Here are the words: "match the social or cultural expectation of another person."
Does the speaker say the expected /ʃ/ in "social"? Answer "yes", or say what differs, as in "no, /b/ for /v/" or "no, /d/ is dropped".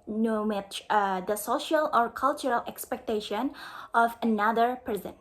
yes